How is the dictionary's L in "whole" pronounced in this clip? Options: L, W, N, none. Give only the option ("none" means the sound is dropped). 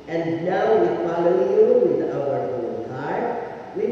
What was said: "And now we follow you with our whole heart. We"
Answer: N